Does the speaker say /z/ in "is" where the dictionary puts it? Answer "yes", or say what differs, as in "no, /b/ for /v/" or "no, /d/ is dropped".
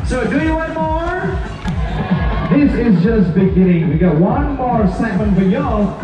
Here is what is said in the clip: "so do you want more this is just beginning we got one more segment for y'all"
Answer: yes